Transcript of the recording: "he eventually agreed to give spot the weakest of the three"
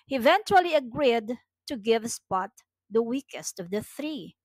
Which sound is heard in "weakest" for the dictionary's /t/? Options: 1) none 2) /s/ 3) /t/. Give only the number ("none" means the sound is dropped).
3